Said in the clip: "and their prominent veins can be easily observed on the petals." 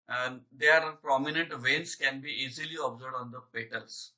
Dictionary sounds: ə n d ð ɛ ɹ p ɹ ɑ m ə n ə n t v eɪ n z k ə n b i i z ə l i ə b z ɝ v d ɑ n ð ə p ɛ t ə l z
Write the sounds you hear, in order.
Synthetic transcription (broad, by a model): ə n d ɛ ɹ p ɹ ɑ m ə n ə n t v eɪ n s k ə n b i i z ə l i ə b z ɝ d ɑ n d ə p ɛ t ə l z